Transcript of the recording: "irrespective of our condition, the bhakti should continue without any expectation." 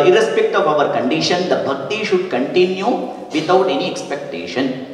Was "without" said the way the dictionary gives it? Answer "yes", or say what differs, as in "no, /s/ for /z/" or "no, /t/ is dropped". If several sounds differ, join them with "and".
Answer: no, /t/ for /θ/